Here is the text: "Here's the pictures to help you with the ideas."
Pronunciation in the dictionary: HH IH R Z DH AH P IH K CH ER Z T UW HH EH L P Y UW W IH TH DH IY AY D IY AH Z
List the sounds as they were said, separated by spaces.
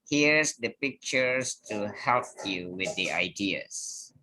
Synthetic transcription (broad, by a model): HH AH R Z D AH P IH K CH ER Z T UW HH EH L P Y UW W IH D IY AY D IY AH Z